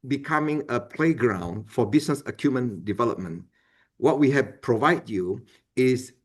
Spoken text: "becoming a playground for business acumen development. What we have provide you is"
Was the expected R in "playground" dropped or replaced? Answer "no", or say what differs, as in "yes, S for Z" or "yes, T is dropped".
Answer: no